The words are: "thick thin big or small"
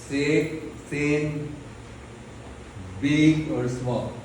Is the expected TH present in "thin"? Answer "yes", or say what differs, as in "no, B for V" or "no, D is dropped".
no, S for TH